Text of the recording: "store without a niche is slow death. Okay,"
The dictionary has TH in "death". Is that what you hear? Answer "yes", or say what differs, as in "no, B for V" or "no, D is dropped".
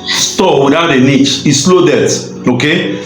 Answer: no, T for TH